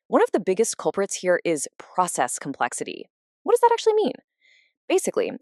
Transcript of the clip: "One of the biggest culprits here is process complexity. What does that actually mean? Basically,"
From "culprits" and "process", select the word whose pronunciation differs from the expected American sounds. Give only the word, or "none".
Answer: none